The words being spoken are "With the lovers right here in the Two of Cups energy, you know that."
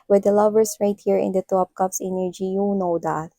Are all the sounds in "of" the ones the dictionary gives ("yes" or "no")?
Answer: no